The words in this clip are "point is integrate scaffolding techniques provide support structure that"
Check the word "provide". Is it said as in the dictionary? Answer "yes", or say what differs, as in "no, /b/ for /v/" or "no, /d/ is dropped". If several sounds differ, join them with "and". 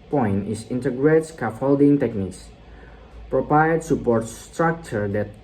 no, /p/ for /v/